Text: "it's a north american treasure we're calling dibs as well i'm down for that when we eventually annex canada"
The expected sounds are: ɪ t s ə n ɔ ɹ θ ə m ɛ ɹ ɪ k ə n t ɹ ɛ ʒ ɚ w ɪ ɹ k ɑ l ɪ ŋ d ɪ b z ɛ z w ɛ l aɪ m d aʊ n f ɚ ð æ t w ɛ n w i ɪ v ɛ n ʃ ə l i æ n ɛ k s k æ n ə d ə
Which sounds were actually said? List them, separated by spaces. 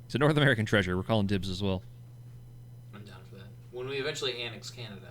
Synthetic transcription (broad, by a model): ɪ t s ə n ɔ ɹ θ ə m ɛ ɹ ɪ k ə n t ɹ ɛ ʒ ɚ w ɪ ɹ k ɑ l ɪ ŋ d ɪ b z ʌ z w ɛ l aɪ m d aʊ n f ɚ ð æ t w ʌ n w i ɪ v ɛ n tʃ l i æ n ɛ k s k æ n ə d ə